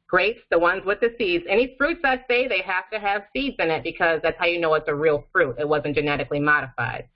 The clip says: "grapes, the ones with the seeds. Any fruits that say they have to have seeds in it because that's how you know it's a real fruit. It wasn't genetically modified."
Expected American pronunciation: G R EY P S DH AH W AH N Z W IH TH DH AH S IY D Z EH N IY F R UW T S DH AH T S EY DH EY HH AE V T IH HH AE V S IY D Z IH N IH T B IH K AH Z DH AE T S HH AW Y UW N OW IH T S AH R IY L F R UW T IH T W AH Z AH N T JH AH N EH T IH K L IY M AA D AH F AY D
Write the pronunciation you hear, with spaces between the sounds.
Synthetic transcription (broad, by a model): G R EY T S DH AH W AH N Z W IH DH AH S IY D Z EH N IY F R UW T S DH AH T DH EY DH EY HH AE F T IH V S IY D Z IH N IH T B IH K AH Z DH AE T S HH AW Y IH N OW IH T S AH R IY L F R UW T IH T W AH Z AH N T JH AH N EH T IH K L IY M AA D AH F AY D